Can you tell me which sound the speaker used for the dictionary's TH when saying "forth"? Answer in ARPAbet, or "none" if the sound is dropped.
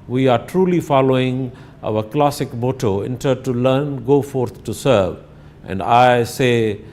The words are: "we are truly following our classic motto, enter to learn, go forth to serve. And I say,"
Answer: T